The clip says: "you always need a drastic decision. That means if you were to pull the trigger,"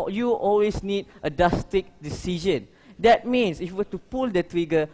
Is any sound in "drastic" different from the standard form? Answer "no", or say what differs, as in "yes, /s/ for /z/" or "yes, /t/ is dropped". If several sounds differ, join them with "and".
yes, /ɹ/ is dropped